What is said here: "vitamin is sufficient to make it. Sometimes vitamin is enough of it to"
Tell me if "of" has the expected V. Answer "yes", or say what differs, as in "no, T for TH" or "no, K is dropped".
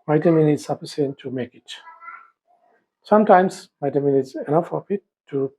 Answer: no, P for V